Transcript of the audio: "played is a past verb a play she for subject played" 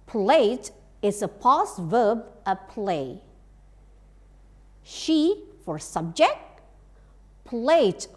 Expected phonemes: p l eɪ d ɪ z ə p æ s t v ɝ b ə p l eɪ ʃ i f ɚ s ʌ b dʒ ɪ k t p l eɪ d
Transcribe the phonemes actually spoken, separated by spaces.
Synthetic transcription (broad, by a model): p l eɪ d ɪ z ə p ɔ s v ɝ b ə p l eɪ ʃ i f ɚ s ʌ b dʒ ɪ k t p l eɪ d